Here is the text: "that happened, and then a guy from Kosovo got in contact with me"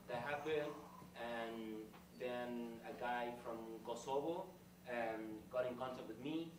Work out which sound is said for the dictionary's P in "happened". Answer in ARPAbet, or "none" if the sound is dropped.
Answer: B